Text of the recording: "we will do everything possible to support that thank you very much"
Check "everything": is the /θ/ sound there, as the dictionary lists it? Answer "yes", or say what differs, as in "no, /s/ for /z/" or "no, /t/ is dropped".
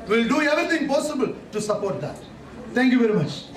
no, /t/ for /θ/